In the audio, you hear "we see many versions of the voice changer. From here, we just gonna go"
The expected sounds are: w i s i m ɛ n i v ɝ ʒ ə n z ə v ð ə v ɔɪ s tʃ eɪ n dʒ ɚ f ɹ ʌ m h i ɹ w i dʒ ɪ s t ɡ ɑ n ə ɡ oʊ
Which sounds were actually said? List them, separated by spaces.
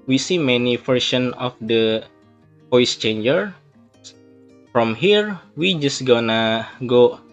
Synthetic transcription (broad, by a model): w i s i m ɛ n i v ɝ ʃ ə n ə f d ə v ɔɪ s tʃ eɪ n dʒ ɚ f ɹ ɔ m h i ɹ w i dʒ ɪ s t ɡ ɑ n ə ɡ oʊ